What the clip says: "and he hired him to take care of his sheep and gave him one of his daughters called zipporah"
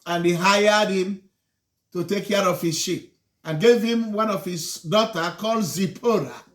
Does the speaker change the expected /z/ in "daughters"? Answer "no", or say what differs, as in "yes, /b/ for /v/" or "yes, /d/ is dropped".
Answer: yes, /z/ is dropped